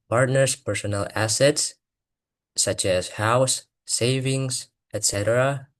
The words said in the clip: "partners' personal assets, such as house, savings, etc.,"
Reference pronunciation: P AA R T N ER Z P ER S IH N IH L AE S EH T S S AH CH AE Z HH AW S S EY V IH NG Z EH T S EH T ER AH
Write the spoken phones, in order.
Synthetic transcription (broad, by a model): P AA R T N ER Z P ER S IH N IH L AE S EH T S S AH CH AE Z HH AW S S EY V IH NG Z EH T S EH T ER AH